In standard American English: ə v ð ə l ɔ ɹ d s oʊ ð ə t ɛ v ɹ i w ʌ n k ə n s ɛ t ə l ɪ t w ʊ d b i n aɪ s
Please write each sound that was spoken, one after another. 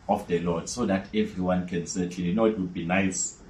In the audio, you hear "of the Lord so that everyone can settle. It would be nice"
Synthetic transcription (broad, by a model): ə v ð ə l ɔ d s oʊ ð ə t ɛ v ɹ i w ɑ n k ə n s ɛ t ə n ɪ t w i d b i n aɪ s